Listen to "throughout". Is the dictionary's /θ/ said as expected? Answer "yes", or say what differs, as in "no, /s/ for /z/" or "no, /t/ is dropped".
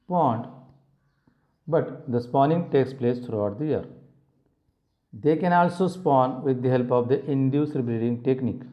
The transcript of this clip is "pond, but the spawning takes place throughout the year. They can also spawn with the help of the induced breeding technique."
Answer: no, /t/ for /θ/